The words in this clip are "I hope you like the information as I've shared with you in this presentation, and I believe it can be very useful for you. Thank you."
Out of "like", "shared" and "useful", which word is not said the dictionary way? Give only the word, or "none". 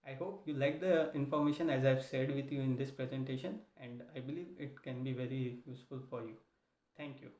shared